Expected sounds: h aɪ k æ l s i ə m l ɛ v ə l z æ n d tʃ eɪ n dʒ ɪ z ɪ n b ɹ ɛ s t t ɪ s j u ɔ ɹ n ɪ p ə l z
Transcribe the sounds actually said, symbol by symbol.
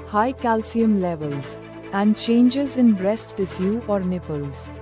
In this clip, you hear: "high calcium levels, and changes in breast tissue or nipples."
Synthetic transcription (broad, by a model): h aɪ k æ l s i ə m l ɛ v ə l z æ n d tʃ eɪ n dʒ ɪ z ɪ n b ɹ ɛ s t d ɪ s j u ɔ ɹ n ɪ p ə l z